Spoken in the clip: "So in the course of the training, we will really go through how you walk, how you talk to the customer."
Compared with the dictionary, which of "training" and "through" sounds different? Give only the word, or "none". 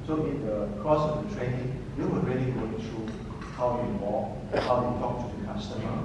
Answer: through